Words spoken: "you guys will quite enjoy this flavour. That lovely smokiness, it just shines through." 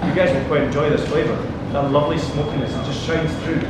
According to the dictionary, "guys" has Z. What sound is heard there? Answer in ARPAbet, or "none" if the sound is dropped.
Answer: Z